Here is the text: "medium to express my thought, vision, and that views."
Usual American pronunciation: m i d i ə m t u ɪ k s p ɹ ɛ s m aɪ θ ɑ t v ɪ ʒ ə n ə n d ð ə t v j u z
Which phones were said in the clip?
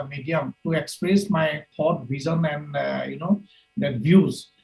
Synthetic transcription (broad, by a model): m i d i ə m t u ɪ k s p ɹ ɛ s m aɪ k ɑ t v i z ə n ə n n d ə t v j u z